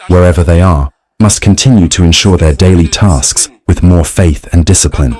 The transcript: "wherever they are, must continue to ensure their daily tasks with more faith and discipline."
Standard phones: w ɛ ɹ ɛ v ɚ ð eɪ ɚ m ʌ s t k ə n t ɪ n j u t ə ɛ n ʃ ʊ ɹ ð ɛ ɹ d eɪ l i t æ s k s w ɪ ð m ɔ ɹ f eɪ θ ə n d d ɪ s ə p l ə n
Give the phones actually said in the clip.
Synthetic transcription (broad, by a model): w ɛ ɹ ɛ v ɚ ð eɪ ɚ m ʌ s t k ə n t ɪ n j u t ə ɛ n ʃ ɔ ɹ ð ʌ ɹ d eɪ l i t æ s k s w ɪ ð m ɔ ɹ f eɪ θ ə n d d ɪ s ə p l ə n